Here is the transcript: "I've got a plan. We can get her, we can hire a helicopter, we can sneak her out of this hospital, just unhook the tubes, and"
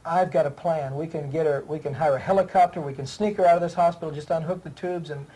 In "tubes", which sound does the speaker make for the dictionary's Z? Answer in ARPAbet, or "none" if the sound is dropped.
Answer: Z